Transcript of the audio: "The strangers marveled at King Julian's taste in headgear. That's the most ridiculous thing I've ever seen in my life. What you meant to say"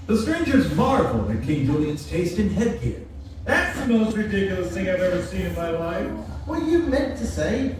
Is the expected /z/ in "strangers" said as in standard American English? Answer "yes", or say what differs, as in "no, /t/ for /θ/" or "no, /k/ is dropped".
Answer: yes